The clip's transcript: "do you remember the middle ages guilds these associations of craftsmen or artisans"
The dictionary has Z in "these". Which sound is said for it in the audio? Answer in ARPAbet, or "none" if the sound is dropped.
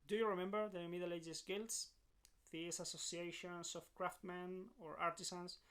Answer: S